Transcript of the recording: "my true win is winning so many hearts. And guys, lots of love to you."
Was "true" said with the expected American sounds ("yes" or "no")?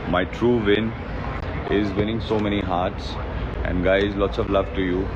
yes